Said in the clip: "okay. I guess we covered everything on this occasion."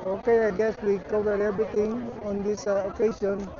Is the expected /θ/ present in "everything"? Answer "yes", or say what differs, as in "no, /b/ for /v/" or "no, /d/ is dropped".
no, /t/ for /θ/